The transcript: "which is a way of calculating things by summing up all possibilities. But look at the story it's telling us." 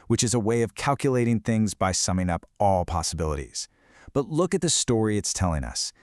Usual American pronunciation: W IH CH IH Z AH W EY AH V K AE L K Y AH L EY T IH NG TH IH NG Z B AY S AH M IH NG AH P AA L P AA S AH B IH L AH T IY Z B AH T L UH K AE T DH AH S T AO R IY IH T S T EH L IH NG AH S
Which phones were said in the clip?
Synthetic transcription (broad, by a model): W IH CH IH Z AH W EY AH V K AE L K Y AH L EY T IH NG TH IH NG Z B AY S AH M IH NG AH P AA L P AA S AH B IH L AH T IY Z B AH T L UH K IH T DH AH S T AO R IY IH T S T EH L IH NG AH S